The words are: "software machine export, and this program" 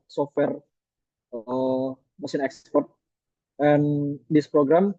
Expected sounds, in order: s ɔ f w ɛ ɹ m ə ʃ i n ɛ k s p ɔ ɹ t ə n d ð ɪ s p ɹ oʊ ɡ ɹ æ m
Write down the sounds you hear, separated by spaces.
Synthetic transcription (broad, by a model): s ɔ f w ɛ ɹ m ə s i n ɛ k s p ɔ ɹ t ə n d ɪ s p ɹ oʊ ɡ ɹ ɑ m